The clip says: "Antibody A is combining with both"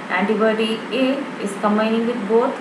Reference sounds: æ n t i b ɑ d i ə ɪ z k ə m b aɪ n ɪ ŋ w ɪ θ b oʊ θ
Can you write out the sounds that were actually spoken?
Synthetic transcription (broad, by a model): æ n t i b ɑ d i ə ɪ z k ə m aɪ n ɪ ŋ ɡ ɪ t b oʊ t